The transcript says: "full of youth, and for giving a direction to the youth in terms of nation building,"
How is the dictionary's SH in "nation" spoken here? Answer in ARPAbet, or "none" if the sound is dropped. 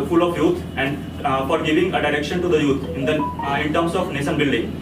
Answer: S